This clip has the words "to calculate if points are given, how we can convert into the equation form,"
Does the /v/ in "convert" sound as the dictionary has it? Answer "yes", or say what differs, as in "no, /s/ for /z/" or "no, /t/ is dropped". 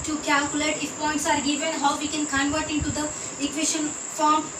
yes